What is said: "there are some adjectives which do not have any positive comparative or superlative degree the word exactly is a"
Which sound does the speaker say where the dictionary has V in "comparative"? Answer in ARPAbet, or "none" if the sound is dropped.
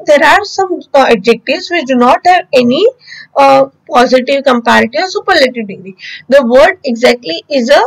none